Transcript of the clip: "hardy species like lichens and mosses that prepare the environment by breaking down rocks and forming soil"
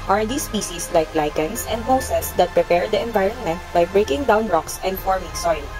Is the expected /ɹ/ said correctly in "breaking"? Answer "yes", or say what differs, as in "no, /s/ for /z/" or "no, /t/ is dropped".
yes